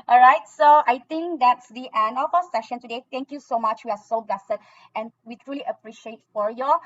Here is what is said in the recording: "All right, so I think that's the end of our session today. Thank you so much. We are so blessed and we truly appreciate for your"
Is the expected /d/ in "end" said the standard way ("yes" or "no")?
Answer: no